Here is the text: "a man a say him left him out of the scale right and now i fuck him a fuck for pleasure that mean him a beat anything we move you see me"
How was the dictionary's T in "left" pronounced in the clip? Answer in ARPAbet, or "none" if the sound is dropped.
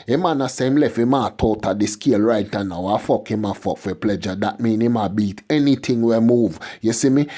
none